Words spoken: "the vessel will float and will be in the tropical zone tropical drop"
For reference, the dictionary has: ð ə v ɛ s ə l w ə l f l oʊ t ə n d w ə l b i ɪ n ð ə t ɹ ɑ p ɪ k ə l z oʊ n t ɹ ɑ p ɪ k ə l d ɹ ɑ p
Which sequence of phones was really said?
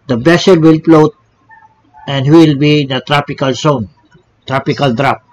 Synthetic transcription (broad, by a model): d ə b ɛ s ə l w ə l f l oʊ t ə n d w ə l b i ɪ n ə t ɹ ɑ p ɪ k ə l s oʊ n t ɹ ɑ p ɪ k ə l d ɹ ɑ p